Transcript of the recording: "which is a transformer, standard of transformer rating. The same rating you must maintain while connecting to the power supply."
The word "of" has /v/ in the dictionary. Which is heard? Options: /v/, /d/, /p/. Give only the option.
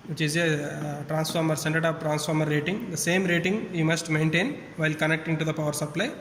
/p/